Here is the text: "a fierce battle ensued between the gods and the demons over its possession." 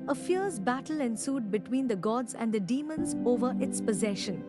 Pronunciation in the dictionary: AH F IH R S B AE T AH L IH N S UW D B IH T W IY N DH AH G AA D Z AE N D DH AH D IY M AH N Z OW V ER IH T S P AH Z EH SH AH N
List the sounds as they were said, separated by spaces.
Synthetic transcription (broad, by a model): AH F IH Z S B AE T AH L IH N S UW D B IH T W IY N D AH G AA D Z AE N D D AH D IY M AH N Z OW V ER IH T S P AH Z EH SH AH N